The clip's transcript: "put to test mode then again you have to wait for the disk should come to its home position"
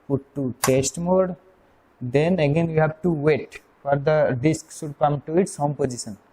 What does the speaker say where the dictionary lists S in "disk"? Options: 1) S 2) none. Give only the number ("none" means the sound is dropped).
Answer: 1